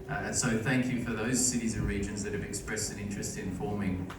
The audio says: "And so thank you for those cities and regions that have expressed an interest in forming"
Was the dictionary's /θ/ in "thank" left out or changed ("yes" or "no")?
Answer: no